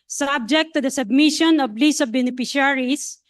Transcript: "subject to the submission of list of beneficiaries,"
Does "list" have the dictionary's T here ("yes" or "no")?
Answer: no